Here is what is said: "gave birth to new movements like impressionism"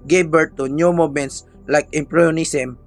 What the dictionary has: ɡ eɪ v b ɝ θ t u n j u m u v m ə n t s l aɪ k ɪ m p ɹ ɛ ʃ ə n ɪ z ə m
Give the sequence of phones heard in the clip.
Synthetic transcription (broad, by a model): ɡ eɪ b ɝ t u n j u m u m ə n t s l aɪ k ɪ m p ɹ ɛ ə n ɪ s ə m